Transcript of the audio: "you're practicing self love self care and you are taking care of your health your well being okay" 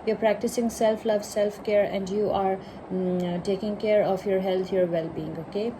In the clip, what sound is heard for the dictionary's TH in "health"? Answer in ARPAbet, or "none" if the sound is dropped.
T